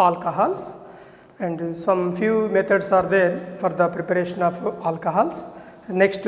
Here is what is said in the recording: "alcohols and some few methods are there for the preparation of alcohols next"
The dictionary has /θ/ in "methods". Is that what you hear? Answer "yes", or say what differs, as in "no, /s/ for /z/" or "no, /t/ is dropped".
no, /t/ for /θ/